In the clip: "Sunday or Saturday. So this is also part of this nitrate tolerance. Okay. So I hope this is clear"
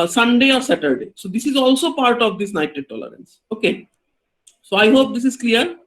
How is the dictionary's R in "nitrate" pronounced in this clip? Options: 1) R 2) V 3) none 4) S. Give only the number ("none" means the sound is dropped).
3